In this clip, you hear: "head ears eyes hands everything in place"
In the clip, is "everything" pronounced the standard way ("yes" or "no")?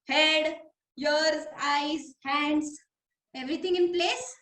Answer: no